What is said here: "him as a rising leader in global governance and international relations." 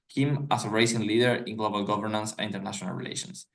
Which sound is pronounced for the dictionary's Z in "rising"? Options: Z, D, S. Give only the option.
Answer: S